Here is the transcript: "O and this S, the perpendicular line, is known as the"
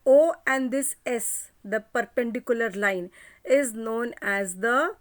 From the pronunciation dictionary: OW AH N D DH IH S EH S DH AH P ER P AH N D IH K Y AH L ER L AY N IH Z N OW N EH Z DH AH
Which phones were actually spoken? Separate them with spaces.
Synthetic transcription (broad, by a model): OW AH N D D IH S EH S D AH P ER P AH N D IH K Y AH L ER L AY N IH Z N OW N EH Z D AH